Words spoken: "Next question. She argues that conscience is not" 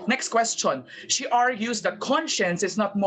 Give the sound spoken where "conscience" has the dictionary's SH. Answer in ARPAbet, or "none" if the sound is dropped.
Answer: SH